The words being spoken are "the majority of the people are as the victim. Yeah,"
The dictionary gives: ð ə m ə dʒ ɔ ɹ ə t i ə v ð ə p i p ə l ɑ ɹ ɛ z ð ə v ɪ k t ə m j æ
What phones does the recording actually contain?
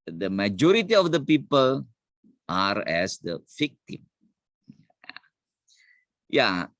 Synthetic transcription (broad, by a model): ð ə m ə dʒ ɔ ɹ ə t i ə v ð ə p i p ə l ɑ ɹ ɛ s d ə f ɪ k t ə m j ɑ